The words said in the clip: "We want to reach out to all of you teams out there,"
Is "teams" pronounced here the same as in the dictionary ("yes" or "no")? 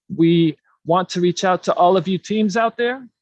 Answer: yes